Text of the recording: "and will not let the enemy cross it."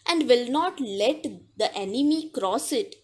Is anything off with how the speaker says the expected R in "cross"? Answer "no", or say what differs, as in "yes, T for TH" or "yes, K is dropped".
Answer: no